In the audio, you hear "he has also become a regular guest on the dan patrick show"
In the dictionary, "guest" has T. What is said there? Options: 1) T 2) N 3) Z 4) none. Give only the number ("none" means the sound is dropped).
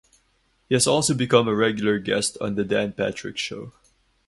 1